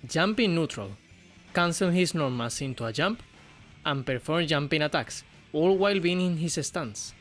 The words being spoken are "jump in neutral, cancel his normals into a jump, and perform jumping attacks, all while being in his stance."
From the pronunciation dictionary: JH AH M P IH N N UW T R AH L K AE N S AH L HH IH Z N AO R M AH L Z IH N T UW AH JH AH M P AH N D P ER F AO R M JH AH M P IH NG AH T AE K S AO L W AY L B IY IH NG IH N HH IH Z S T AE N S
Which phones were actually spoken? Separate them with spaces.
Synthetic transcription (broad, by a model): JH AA M P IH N N UW T R AH L K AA N S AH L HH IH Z N AO R M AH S IH N T UW AH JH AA M P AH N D P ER F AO R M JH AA M P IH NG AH T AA K S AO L W AY L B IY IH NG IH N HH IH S S T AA N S